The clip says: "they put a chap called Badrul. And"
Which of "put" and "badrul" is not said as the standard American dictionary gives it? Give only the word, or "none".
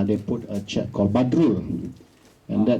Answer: none